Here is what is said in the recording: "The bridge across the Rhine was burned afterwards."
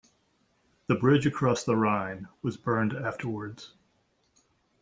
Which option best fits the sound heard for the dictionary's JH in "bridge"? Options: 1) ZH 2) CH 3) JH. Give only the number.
3